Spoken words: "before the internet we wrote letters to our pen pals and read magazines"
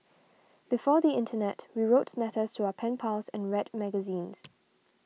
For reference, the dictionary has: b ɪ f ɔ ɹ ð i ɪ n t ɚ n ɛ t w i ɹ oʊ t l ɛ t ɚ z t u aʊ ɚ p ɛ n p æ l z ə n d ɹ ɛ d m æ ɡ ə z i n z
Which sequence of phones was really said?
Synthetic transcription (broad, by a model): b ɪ f ɔ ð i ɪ n t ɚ n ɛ t w i ɹ oʊ t n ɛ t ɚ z t u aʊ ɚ p ɛ n p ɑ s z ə n ɹ ɛ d m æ ɡ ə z i n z